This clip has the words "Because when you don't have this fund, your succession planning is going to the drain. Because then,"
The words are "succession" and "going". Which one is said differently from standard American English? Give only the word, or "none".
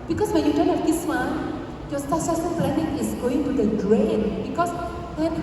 succession